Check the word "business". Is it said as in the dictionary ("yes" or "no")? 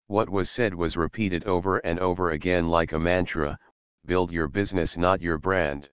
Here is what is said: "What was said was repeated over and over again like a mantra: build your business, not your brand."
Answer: yes